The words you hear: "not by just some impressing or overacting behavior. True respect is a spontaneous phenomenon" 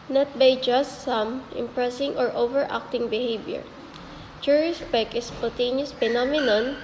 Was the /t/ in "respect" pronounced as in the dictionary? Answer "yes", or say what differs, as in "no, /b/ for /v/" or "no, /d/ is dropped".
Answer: no, /t/ is dropped